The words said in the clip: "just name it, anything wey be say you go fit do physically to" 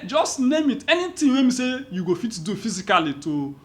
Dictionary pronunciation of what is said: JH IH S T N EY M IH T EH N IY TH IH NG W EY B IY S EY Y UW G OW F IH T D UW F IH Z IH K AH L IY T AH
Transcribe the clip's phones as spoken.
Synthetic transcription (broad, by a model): JH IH S T N EY M IH T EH N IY T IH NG W EY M IY S EY Y UW G OW F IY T D UW F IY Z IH K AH L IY T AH